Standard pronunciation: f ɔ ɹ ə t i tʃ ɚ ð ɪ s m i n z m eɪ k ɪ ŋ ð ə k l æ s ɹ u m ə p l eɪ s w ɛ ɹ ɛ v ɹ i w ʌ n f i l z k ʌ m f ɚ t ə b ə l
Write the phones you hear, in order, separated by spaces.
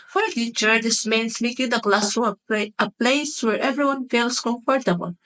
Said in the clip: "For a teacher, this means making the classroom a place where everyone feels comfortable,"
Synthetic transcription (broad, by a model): f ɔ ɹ ə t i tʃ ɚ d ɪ s m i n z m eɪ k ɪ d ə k l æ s u ə p l eɪ s w ɛ ɹ ɛ v ɹ i w ʌ n f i l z k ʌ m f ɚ t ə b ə l